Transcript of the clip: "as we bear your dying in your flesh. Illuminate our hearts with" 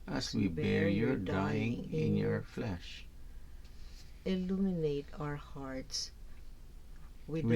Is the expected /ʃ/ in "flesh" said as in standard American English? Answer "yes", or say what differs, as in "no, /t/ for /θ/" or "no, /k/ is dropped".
yes